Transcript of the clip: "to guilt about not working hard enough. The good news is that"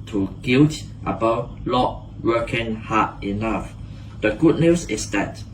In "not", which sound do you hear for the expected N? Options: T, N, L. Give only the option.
L